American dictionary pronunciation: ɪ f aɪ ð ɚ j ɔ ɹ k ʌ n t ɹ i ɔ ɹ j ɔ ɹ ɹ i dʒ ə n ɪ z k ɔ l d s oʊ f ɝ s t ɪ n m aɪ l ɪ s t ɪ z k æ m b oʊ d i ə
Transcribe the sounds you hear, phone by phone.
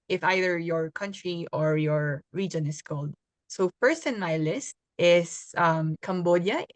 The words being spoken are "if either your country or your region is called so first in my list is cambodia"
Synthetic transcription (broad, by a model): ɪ f aɪ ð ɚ j ɔ ɹ k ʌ n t ɹ i ɔ ɹ j ɔ ɹ ɹ i dʒ ə n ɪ s k ɔ l d s oʊ f ɝ s t ɪ n m aɪ l ɪ s t ɪ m k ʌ m b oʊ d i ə